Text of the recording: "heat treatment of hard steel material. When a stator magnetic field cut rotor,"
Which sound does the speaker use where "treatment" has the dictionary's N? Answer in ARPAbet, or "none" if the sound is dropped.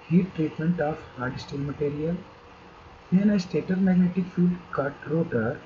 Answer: N